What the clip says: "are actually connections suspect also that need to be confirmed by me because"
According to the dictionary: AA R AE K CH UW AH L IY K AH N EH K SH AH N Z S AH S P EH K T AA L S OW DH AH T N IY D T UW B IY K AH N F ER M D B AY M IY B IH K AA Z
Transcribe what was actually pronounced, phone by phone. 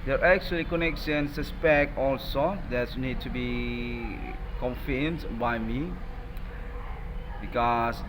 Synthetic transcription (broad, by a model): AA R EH K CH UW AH L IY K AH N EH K S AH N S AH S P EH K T AA L S OW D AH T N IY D T UW B IY K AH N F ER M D B AY M IY B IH K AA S